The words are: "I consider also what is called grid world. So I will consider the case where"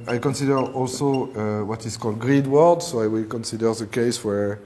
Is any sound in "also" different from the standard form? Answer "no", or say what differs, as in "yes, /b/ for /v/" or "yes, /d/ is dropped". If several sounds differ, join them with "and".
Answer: no